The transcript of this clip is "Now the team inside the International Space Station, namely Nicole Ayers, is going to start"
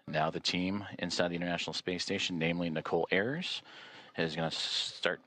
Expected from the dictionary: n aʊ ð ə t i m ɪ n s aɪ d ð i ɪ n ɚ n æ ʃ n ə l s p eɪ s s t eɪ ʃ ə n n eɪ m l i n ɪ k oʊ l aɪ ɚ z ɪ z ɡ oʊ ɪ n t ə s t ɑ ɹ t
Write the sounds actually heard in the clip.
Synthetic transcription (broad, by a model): n aʊ ð ə t i m ɪ n s aɪ d ð i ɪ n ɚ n æ ʃ n l s p eɪ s s t eɪ ə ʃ n eɪ m l i n ɪ k oʊ l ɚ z ɪ z ɡ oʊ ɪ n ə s t ɑ ɹ t